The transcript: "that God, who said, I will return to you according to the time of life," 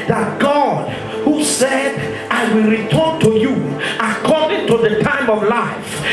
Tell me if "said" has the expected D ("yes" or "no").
yes